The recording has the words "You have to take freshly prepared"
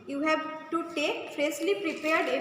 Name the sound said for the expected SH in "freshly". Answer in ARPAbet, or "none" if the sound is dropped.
S